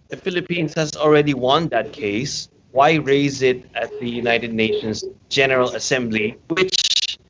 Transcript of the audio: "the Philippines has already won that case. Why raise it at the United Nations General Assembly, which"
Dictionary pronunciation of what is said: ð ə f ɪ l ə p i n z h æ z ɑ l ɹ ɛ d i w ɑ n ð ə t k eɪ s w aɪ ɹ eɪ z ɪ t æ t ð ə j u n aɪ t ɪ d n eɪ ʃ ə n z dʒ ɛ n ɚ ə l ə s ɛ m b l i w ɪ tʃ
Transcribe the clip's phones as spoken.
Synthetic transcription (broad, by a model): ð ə f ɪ l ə p i n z h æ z ɑ l ɹ ɛ d i w ɑ n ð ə t k eɪ s w aɪ ɹ eɪ z ɪ t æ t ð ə j u n aɪ t ɪ d n eɪ ʃ ə n z dʒ ɛ n ɚ ə l ə s ɛ m b l i w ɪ tʃ